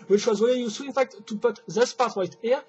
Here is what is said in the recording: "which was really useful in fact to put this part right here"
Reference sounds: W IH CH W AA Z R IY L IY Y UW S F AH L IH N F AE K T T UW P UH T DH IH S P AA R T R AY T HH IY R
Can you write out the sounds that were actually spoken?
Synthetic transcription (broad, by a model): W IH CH W AA Z W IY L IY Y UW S AH IH N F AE K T T UW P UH T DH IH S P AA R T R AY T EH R